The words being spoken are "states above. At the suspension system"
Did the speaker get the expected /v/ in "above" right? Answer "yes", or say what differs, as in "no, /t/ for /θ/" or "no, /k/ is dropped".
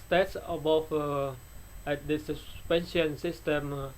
no, /f/ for /v/